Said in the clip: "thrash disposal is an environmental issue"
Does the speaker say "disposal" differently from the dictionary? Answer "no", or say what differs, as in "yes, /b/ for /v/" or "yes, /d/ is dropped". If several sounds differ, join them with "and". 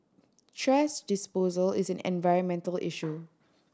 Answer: no